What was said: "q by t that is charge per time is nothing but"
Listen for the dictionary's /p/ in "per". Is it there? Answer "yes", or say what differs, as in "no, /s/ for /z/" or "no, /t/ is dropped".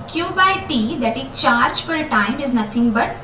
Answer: no, /f/ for /p/